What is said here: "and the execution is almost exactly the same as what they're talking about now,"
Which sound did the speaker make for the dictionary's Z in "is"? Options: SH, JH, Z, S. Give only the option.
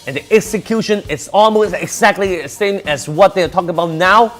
S